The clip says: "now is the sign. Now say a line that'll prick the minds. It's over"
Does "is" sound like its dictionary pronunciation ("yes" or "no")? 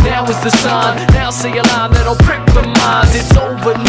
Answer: yes